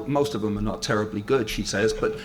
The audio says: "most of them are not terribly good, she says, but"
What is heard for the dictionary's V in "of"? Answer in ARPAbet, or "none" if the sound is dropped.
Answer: V